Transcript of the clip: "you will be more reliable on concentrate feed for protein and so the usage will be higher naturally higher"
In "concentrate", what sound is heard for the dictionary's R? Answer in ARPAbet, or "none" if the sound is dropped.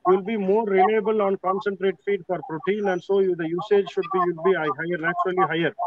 R